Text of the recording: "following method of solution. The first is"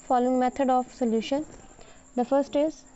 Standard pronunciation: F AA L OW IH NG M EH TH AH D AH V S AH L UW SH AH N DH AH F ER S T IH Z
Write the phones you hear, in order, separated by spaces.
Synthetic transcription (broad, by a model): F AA L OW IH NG M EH T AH D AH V S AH L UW SH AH N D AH F ER S T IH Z